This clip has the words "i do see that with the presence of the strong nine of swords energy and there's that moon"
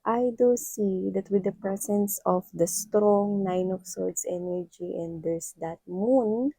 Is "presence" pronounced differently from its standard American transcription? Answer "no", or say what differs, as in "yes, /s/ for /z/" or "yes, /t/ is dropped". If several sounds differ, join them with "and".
yes, /s/ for /z/